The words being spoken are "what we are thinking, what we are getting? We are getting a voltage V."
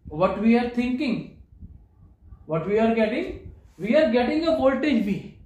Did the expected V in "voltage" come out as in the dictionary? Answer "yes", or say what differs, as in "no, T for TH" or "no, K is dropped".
no, B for V